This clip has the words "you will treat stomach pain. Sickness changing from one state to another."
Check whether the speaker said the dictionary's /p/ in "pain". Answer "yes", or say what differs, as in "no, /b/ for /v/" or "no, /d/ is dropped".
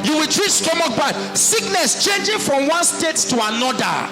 no, /b/ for /p/